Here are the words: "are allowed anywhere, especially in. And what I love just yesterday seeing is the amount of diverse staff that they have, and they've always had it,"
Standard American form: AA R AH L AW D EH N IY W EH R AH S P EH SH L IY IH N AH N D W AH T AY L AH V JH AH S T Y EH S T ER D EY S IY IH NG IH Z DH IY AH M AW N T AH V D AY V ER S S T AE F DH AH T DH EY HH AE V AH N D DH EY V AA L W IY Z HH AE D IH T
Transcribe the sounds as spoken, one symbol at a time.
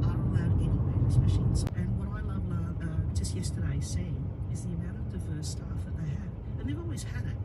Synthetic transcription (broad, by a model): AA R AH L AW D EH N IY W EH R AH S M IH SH IY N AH N W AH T AY L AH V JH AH S T Y EH S T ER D EY S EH IH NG IH Z DH IY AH M AW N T AH V D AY V ER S S T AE F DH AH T DH EY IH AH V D DH EY V AA L W IY Z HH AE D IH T